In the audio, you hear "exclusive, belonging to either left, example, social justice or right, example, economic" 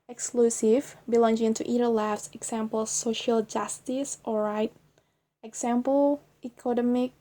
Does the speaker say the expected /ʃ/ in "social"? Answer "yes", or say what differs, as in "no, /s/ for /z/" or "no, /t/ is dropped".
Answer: yes